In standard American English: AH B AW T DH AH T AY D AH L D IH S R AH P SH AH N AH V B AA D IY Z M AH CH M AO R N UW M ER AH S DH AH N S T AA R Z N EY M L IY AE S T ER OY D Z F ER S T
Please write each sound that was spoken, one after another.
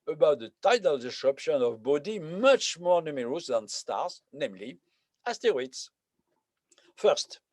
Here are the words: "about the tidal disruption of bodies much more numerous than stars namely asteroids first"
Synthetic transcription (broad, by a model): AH B AW T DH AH T AY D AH L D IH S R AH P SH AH N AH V B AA D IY M AH CH M AO R N UW M ER AH S DH AH N S T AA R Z N EY M L IY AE S T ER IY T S F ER S T